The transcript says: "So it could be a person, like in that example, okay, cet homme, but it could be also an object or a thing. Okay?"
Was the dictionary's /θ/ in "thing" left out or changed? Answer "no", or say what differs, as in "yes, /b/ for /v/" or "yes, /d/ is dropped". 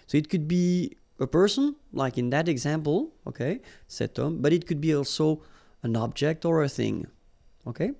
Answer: no